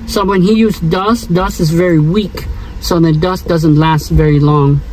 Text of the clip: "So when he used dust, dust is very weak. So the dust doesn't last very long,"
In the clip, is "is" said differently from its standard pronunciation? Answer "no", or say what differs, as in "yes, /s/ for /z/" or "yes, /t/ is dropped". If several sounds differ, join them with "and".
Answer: no